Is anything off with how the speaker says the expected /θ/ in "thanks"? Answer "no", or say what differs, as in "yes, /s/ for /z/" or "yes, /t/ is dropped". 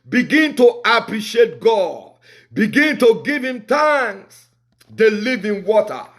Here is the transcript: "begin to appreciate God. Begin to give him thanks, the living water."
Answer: yes, /t/ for /θ/